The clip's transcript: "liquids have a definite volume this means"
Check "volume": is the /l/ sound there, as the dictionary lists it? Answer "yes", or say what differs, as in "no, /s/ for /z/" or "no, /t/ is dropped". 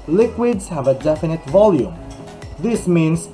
yes